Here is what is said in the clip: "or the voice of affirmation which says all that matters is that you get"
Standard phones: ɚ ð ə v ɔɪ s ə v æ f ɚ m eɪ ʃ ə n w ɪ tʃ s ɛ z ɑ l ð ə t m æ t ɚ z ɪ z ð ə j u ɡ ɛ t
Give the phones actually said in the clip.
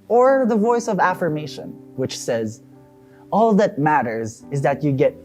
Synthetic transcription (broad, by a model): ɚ ð ə v ɔɪ s ə v æ f ɚ m eɪ ʃ ə n w ɪ tʃ s ɛ z ɑ l ð ə t m æ t ɚ z ɪ z ð ə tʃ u ɡ ɛ t